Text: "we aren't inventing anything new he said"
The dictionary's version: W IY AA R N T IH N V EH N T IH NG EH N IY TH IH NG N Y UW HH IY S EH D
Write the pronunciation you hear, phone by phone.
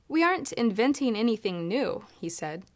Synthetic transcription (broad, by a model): W IY AA R N T IH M V EH N T IH NG EH N IY TH IH NG N Y UW HH IY S EH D